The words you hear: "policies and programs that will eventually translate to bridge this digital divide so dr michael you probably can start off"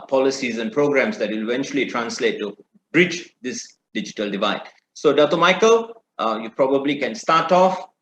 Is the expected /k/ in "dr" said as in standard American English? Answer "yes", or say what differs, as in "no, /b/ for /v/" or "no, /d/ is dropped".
no, /k/ is dropped